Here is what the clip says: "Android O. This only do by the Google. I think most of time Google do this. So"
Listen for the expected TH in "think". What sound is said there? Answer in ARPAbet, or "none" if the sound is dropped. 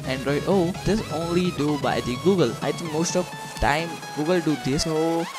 T